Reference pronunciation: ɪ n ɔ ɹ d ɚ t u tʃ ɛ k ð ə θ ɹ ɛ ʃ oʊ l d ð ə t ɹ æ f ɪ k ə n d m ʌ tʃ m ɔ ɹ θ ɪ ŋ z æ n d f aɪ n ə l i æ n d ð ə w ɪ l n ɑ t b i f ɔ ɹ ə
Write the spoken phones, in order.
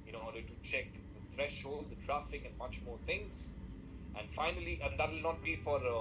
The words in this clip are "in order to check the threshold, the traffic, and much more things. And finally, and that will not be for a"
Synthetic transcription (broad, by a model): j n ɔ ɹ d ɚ t u tʃ ɛ k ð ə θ ɹ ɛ ʃ oʊ l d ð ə t ɹ æ f ɪ k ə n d m ʌ tʃ m ɔ ɹ t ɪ ŋ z æ n d f aɪ n ə l i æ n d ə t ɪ l n ɑ t b i f ɔ ɹ